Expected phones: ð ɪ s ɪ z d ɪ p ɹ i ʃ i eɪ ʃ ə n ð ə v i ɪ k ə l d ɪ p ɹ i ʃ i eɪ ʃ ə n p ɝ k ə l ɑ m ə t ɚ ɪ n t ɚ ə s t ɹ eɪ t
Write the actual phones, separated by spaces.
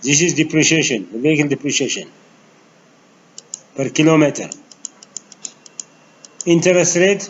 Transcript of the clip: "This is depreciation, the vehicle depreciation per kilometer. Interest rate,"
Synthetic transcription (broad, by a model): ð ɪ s ɪ z d ɪ p ɹ i ʃ i eɪ ʃ ə n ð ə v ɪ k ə n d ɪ p ɹ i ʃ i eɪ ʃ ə n p ɝ k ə l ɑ m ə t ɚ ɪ n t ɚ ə s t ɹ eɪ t